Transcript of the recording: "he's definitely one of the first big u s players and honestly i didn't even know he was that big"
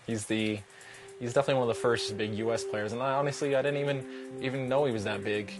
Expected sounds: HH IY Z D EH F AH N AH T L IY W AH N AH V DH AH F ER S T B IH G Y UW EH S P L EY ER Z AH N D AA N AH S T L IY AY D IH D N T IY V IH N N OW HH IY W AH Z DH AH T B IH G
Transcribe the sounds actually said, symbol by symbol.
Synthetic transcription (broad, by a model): HH IY Z D EH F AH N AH T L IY W AH N AH V DH AH F ER S T B IH G Y UW EH S P L EY ER Z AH N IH AA N AH S T L IY AY D IH D N T IY V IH N N OW HH IY W AH Z DH AH T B IH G